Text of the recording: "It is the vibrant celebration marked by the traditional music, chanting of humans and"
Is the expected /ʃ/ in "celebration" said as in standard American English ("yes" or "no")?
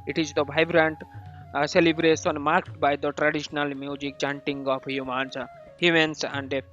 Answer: no